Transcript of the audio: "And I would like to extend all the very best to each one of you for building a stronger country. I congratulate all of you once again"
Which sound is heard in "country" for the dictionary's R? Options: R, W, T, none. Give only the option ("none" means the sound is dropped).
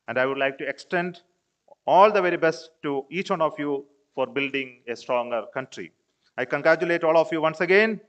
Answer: R